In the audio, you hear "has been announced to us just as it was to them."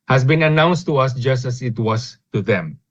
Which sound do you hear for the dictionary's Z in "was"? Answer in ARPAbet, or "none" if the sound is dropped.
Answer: S